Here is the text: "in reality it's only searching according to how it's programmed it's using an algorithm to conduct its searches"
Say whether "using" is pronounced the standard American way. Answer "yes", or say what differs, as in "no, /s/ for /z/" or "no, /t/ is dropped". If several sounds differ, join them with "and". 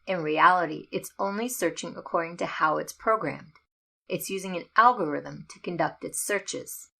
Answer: yes